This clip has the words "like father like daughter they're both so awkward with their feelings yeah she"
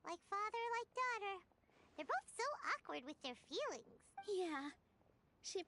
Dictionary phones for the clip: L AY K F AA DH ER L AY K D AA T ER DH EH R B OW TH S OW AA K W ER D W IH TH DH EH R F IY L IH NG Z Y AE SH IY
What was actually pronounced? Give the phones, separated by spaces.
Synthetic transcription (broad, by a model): L AY K F AA DH ER L AY K D AA T ER DH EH R B OW TH S OW AA K W ER D W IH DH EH R F IY L IH NG Z Y AE SH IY